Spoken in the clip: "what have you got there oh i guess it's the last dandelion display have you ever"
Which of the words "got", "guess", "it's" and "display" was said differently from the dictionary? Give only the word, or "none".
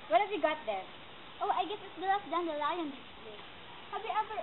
display